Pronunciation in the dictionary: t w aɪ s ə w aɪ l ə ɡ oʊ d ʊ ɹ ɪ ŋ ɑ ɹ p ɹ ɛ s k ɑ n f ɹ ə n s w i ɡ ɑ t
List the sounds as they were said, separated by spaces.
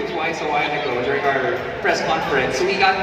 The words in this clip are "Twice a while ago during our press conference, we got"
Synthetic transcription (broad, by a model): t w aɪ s ə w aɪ n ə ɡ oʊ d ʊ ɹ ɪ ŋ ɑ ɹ p ɹ ɛ s k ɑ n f ɹ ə n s w i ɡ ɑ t